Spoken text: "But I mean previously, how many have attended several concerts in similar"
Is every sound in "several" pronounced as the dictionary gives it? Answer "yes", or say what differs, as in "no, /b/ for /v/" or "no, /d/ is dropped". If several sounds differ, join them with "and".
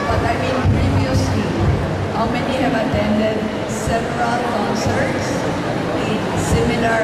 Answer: no, /p/ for /v/